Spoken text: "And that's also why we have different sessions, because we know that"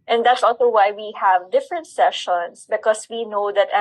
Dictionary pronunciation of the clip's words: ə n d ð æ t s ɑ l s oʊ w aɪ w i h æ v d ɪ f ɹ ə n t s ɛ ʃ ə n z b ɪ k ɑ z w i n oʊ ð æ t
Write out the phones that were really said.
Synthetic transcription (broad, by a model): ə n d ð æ t s ɑ l s oʊ w aɪ w i h æ v d ɪ f ɹ ə n t s ɛ ʃ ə n s b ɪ k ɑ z w i n oʊ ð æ t